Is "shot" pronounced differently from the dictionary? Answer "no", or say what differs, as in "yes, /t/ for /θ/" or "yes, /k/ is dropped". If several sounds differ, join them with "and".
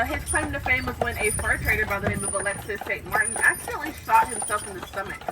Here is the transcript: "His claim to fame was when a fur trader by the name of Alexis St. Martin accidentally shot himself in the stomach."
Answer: yes, /s/ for /ʃ/